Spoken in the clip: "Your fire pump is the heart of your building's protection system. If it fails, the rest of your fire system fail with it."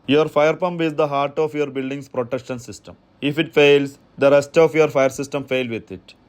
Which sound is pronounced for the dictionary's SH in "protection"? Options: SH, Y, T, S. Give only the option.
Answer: SH